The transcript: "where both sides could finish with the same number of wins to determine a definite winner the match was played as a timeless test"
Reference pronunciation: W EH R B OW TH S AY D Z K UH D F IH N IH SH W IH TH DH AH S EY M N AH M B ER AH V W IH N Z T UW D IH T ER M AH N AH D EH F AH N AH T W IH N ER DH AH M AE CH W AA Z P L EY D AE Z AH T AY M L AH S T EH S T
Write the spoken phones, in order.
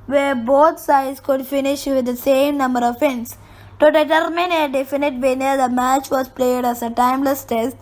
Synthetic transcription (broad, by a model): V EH R B OW T S AY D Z K UH D F IH N IH SH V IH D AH S EY M N AH M B ER AH V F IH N S T UW D IH T ER M AH N AH D EH F AH N AH T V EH N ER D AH M AE CH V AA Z P L EY D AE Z AH T AY M L AH S T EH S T